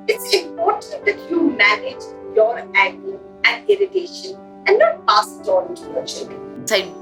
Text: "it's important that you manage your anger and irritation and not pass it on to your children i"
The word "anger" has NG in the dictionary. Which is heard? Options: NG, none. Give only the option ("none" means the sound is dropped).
none